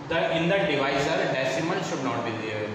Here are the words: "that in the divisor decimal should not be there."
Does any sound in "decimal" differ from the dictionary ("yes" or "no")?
yes